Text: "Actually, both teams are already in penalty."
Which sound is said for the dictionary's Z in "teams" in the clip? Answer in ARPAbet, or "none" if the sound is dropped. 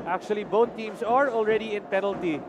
S